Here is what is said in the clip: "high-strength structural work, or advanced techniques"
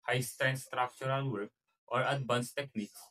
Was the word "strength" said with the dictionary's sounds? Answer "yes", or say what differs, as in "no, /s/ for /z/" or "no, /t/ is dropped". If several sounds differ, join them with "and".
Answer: no, /ɹ/ is dropped